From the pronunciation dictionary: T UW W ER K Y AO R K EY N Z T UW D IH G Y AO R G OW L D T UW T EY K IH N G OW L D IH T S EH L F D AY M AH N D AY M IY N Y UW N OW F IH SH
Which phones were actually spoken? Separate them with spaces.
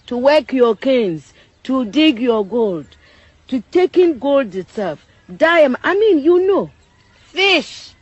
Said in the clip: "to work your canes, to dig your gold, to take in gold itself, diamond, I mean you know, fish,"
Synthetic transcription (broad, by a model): T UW W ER K Y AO K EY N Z T UW D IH G Y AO G OW L D T UW T EY K IH N G OW L D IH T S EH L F D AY AH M AY M IY N Y UW N OW F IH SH